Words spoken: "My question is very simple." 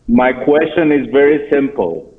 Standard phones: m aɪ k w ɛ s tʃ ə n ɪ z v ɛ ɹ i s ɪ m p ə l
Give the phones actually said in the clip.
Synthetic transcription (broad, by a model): m aɪ k w ɛ s tʃ ə n ɪ z v ɛ ɹ i s ɪ m p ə l